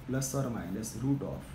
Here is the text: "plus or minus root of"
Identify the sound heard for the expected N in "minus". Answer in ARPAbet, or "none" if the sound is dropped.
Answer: L